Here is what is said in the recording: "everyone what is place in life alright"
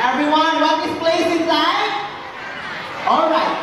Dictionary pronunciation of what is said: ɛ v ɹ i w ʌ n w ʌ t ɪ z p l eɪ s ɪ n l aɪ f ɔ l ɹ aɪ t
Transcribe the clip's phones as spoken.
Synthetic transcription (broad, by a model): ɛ v ɹ i w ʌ n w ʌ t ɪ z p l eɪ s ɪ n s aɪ ɔ l ɹ aɪ t